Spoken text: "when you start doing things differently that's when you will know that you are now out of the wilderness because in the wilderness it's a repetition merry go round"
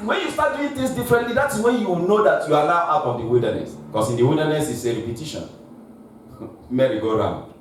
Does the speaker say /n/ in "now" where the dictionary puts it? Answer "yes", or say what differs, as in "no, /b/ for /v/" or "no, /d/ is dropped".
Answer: no, /l/ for /n/